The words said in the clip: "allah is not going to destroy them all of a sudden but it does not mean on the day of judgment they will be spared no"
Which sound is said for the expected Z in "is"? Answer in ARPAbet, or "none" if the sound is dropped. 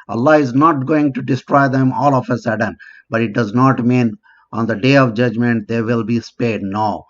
Z